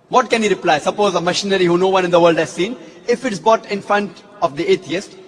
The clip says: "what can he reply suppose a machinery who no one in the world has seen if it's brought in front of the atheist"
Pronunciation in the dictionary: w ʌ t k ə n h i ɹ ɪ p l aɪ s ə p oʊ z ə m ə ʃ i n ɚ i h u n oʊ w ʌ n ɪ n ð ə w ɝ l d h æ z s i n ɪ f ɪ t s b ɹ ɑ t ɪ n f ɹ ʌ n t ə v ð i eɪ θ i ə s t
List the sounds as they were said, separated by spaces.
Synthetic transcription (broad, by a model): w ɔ t k ə n h i ɹ ɪ p l aɪ s ə p oʊ z ə m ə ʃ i n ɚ i h u n oʊ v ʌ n ɪ n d ə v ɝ l d h æ z s i n ɪ f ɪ t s b ɑ t ɪ n f ɹ ʌ n t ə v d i eɪ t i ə s t